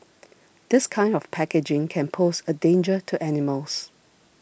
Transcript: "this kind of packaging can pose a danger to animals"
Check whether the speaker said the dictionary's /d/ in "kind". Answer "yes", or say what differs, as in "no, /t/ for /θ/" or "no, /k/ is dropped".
yes